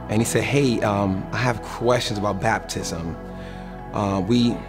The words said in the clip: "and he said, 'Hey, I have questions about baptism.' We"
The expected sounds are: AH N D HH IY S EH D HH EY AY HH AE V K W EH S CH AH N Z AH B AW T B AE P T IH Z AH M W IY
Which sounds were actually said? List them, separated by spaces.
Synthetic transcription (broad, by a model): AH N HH IY S EH D HH EY AY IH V K W EH S CH AH N Z AH B AW T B AE P T IH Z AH M W IY